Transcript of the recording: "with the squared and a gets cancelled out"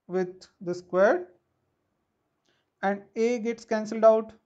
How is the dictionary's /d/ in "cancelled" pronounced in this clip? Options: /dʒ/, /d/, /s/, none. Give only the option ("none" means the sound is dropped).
/d/